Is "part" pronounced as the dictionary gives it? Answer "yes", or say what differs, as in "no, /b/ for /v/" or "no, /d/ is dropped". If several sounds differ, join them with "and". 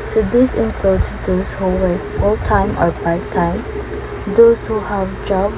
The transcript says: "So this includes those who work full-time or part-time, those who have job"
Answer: no, /b/ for /p/